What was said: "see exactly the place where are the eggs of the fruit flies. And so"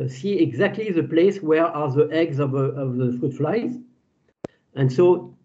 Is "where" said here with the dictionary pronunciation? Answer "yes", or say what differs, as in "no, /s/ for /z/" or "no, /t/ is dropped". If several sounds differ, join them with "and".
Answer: yes